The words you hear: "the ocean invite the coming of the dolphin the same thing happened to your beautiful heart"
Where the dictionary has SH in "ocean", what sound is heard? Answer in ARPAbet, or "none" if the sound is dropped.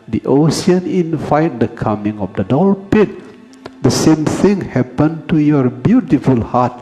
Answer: S